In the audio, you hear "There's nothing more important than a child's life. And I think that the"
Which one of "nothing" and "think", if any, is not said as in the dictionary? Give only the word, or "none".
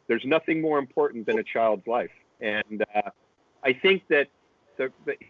none